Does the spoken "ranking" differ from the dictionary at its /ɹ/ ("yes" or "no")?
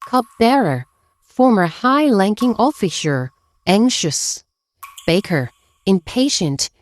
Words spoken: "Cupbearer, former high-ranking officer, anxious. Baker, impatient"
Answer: yes